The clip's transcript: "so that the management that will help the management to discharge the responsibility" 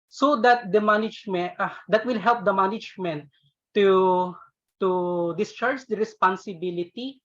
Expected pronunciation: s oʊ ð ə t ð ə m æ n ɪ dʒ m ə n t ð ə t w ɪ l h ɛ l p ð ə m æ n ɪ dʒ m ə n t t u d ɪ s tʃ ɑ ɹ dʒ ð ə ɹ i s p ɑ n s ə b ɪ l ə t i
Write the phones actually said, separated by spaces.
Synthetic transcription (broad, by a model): s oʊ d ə t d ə m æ n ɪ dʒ m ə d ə t w ɪ l h ɛ l p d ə m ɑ n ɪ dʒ m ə n t t u d ɪ s tʃ ɑ ɹ dʒ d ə ɹ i s p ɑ n s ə b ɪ l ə t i